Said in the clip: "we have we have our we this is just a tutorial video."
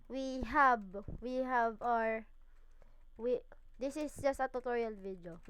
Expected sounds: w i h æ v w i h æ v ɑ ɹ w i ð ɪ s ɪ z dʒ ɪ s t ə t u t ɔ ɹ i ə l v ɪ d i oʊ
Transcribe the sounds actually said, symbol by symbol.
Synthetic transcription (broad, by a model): w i h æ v w i h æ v ɑ ɹ w i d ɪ s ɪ s dʒ ɪ s t ə t u t ɔ ɹ i ə l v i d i oʊ